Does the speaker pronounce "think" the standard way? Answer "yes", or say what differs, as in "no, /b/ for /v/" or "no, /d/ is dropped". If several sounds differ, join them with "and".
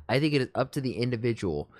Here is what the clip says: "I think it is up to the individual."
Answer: yes